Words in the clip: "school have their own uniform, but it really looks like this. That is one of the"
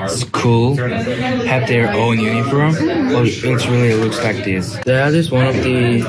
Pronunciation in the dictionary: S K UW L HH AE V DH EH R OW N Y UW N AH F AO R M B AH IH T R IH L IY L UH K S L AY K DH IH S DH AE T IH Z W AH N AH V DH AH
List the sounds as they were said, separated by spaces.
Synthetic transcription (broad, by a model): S K UW L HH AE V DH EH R OW N Y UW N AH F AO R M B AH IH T R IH L IY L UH S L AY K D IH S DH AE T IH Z W AH N AH V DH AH